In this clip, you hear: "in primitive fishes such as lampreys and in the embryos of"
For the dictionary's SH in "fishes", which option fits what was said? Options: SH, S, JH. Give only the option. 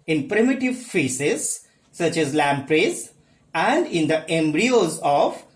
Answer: S